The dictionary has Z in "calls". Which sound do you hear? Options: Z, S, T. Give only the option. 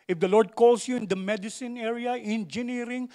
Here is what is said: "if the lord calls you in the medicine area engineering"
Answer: S